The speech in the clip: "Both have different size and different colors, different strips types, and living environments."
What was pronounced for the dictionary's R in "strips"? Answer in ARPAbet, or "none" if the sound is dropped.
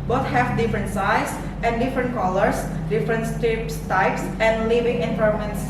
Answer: none